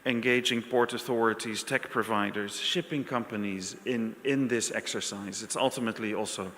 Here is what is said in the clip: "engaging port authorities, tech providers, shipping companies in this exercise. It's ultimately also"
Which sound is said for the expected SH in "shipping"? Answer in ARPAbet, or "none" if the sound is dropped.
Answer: SH